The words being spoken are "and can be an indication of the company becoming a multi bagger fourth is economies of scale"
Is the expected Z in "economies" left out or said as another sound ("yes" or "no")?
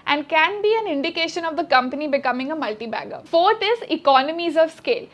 no